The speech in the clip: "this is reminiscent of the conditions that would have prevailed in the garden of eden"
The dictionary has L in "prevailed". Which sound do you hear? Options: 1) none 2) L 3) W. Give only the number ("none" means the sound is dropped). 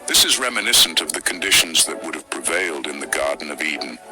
2